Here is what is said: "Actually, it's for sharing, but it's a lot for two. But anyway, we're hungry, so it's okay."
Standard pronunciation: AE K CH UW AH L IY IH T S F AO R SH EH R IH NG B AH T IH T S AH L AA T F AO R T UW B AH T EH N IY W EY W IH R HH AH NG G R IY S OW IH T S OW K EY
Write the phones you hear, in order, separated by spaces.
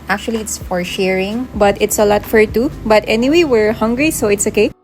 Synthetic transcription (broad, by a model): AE K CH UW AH L IY IH T S F AO R SH EH R IH NG B AH T IH T S AH L AA T F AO R T UW B AH T EH N IY W EY W IH R HH AH NG G R IY S OW IH T S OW K EY